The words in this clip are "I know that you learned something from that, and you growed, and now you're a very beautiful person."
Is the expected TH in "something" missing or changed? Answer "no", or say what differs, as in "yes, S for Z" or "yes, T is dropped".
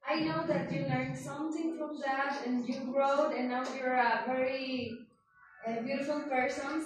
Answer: yes, T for TH